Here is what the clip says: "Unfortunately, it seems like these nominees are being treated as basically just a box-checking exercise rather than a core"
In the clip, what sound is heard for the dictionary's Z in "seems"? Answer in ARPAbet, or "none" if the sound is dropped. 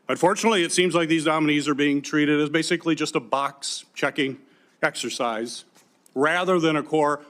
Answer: Z